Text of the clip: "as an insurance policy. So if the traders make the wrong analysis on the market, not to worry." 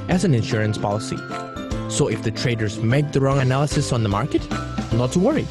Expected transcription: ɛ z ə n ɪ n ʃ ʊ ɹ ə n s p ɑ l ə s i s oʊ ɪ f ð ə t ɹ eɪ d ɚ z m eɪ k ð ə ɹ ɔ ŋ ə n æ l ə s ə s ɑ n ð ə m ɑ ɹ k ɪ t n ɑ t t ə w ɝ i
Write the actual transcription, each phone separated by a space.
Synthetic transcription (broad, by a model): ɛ z ə n ɪ n ʃ ʊ ɹ ə n s p ɑ l ə s i s oʊ ɪ f ð ə t ɹ eɪ d ɚ z m eɪ k ð ə ɹ ɔ ŋ ə n æ l ə s ə s n ð ə m ɑ ɹ k ɪ t n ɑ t t ə w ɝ i